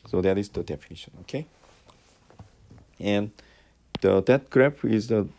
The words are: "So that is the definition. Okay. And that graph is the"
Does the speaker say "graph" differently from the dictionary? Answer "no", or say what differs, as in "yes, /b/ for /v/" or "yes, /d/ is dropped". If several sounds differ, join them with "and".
yes, /p/ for /f/